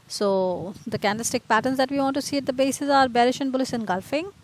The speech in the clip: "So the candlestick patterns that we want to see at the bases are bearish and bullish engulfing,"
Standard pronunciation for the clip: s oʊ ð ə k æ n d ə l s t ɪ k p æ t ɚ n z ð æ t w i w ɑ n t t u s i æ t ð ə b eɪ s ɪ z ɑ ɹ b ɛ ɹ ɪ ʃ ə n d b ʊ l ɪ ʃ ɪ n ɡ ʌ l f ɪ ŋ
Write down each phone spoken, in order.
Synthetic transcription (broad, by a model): s oʊ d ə k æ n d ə s t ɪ k p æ t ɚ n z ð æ t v i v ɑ n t t u s i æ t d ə b eɪ s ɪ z ɑ ɹ b ɛ ɹ ɪ ʃ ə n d b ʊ l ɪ s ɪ n ɡ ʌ l f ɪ ŋ